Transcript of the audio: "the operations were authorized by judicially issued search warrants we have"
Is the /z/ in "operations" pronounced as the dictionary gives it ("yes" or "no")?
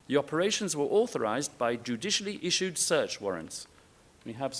yes